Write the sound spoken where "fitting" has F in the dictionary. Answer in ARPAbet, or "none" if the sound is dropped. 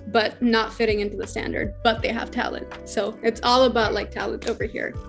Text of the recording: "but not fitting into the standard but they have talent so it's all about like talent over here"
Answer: F